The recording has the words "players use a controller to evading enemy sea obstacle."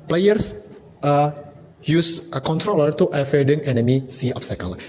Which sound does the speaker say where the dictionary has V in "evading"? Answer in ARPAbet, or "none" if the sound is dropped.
F